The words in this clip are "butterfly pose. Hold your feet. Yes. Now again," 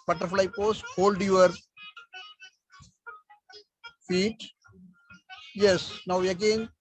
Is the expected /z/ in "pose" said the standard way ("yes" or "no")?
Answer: no